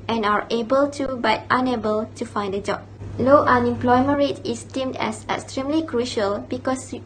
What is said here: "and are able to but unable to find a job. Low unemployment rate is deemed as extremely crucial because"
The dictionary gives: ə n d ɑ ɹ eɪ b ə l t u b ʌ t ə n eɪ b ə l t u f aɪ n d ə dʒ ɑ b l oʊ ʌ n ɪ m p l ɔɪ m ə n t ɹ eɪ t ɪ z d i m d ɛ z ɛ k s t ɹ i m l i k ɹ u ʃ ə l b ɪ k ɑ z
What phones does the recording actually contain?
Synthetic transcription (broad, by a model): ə n ɑ ɹ eɪ b ə l t u b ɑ t ə n eɪ b ə l t u f aɪ n d ə dʒ ɑ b l oʊ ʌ n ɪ m p l ɔɪ m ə n ɹ eɪ t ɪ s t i m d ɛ s ɛ k s t ɹ i m l i k ɹ u ʃ ə l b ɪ k ɑ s